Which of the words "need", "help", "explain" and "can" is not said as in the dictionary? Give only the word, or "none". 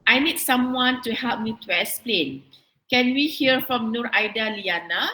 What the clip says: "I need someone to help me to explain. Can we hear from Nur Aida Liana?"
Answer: explain